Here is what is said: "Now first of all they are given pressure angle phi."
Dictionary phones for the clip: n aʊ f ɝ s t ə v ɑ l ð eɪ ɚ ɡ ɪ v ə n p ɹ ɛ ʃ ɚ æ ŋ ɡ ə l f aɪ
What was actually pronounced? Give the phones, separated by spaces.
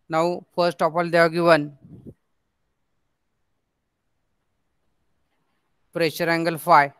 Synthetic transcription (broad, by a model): n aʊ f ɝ s t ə p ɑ l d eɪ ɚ ɡ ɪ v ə n p ɹ ɛ ʃ ɚ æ ŋ ɡ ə l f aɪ